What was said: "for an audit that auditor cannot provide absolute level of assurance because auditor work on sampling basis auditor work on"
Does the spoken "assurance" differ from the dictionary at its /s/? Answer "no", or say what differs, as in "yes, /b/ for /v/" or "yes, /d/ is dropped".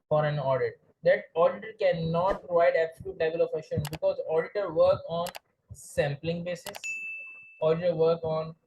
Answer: yes, /s/ is dropped